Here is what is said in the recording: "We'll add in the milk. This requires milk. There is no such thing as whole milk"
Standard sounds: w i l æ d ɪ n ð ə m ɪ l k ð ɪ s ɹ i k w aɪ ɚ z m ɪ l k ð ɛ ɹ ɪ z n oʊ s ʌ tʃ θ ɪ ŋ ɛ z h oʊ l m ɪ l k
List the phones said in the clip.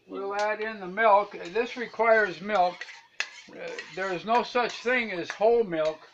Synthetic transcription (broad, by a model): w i l æ d ɪ n ð ə m ɪ l k ð ɪ s ɹ i k w aɪ ɚ z m ɪ l k ð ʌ ɹ ɪ z n oʊ s ʌ tʃ θ ɪ ŋ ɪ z h oʊ l m ɪ l k